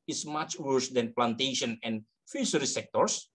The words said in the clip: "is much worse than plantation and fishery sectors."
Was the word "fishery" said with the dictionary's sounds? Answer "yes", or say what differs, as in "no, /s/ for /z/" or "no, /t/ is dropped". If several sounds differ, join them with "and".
no, /s/ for /ʃ/